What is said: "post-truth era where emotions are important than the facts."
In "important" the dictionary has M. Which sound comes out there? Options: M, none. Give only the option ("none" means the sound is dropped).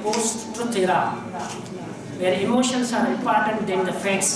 none